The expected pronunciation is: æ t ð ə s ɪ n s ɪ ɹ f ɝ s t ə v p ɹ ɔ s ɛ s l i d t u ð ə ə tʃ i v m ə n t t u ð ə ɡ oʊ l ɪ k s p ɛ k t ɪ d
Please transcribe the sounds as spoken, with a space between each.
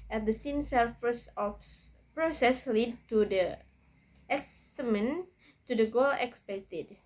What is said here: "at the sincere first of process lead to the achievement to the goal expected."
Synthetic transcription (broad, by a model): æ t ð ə s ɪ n s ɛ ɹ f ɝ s ə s p ɹ ɔ s ɛ s l i d t u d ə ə s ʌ m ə n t t u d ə ɡ oʊ l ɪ k s p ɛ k t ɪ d